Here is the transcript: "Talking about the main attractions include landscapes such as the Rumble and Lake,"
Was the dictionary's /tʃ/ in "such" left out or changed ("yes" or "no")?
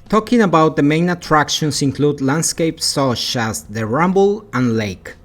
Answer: yes